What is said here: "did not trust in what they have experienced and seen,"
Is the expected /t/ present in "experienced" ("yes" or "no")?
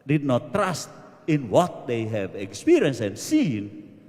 no